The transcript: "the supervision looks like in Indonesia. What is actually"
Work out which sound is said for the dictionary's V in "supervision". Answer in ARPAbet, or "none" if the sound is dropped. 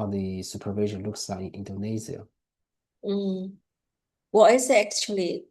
V